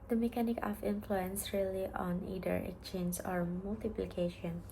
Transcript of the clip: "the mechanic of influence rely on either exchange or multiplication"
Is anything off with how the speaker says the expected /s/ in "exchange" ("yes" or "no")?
yes